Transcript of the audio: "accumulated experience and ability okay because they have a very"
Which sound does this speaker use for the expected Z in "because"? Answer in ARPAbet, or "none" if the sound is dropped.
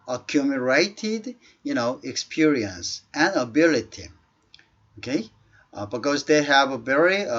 Z